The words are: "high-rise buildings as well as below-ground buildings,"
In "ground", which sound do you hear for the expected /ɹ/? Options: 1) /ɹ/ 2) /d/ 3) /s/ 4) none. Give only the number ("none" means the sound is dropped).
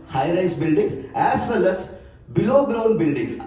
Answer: 1